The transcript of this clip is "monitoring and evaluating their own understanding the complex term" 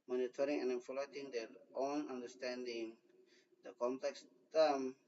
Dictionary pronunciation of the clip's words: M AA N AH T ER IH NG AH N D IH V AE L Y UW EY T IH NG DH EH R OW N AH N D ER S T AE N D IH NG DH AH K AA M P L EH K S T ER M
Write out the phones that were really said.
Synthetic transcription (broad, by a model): M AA N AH T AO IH NG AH N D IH F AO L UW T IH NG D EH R OW N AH N D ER S T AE N D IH NG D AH K AA M P L EH K S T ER M